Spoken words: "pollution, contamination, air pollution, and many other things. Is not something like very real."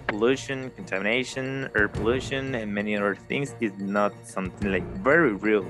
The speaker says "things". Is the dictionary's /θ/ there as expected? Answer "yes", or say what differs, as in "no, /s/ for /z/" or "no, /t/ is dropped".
yes